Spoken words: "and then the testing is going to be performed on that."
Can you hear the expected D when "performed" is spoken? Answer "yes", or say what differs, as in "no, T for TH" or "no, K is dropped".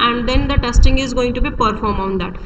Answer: no, D is dropped